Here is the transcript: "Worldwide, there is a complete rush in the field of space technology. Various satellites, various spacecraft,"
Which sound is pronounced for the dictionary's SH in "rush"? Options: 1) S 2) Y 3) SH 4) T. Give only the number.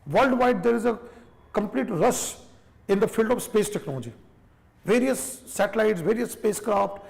1